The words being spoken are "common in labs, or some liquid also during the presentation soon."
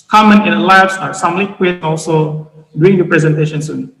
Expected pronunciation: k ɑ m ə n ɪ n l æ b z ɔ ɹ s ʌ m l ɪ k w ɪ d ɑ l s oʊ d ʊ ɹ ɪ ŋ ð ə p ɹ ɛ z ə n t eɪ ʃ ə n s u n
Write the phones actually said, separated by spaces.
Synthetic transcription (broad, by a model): k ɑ m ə n ɪ n l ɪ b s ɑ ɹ s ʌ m l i k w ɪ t ɑ l s oʊ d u ɪ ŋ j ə p ɹ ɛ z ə n t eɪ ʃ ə n s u n